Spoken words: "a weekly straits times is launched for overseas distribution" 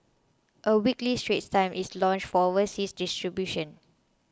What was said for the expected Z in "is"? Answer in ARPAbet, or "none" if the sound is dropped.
S